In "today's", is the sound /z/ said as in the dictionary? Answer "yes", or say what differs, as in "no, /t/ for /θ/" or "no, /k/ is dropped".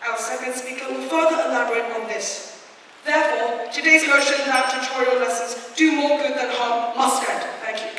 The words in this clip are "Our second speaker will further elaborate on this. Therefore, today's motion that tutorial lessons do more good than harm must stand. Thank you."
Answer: yes